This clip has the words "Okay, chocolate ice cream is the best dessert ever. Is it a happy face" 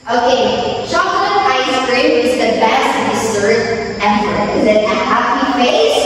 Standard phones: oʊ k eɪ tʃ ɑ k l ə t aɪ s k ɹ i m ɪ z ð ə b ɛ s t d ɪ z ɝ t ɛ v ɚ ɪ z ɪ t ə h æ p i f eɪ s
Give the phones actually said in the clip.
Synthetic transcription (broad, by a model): oʊ k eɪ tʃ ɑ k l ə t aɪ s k ɹ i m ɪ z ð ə b ɛ s t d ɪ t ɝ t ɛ p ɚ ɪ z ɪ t ə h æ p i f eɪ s